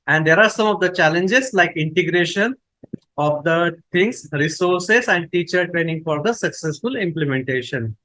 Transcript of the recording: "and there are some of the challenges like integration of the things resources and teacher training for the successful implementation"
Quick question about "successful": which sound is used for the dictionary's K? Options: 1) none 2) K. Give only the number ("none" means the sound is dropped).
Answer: 2